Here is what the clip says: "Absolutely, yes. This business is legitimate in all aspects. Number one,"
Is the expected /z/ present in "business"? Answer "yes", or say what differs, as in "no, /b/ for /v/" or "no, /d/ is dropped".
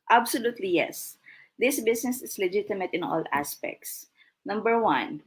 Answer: no, /s/ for /z/